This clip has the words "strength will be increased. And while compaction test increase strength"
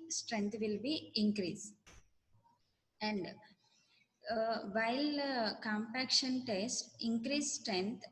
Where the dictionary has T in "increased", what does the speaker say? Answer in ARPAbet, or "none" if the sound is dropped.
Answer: none